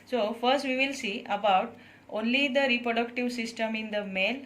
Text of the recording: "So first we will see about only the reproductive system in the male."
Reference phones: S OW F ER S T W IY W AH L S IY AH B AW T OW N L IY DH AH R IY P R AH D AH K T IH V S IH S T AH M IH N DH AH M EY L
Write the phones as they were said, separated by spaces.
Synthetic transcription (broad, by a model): S OW F ER S T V IY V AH L S IY AH B AW T OW N L IY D AH R IY P R AH D AH K T IH V S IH S T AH M IH N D AH M EY L